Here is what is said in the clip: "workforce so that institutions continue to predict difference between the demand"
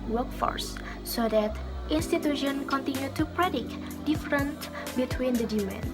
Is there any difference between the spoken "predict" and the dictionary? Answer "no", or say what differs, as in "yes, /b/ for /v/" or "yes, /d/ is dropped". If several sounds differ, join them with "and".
no